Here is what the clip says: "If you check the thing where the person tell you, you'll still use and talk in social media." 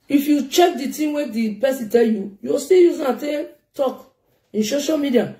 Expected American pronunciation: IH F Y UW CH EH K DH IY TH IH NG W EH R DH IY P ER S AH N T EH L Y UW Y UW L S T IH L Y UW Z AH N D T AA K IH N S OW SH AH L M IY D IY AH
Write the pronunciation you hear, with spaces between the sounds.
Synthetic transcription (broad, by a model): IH F Y UW CH EH K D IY T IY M W EH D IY P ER S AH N T EH L Y UW Y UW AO S T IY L Y UW Z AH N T T AA K IH N S OW SH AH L M IY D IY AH